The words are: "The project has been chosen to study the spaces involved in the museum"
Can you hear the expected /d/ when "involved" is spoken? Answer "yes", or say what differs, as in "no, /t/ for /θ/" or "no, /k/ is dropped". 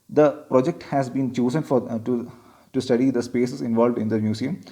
yes